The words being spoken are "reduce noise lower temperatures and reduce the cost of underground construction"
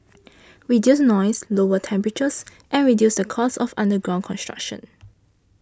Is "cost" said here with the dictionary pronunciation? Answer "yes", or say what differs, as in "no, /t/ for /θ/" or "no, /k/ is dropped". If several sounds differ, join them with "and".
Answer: no, /t/ is dropped